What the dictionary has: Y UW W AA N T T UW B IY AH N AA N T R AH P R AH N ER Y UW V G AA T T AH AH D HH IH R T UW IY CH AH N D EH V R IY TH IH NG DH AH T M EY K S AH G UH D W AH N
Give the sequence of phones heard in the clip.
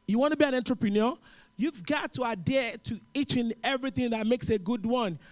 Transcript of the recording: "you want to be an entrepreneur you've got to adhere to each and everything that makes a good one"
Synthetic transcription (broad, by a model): Y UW W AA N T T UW B IY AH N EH N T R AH P R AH N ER Y UW V G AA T T AH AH D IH T UW IY CH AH N EH V R IY TH IH NG DH AH T M EY K S AH G UH D W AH N